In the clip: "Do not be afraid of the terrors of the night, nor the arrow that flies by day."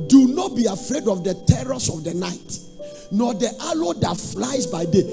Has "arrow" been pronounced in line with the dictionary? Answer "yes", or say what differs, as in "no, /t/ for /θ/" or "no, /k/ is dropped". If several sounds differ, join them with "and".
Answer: no, /l/ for /ɹ/